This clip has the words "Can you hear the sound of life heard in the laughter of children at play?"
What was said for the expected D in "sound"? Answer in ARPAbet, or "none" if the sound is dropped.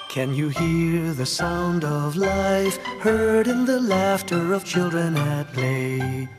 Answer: D